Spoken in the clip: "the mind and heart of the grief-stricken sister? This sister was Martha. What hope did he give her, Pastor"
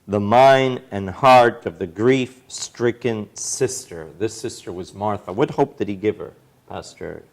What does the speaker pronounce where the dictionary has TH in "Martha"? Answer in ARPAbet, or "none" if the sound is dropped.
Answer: TH